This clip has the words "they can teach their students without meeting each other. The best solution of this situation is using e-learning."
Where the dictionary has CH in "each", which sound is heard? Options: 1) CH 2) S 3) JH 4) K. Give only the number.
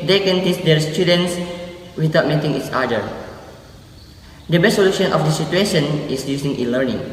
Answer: 2